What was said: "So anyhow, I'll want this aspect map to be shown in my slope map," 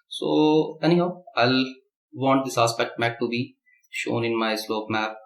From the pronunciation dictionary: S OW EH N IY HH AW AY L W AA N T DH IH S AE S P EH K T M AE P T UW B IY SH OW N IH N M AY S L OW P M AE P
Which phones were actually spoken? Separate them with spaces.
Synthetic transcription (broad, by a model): S OW EH N IY HH AW AY L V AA N T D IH S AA S P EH K T M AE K T UW B IY SH OW N IH N M AY S L OW P M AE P